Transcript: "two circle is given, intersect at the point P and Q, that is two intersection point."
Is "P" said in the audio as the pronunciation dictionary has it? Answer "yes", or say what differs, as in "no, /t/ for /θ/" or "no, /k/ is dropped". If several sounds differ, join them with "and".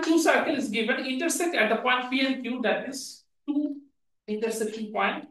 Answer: no, /f/ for /p/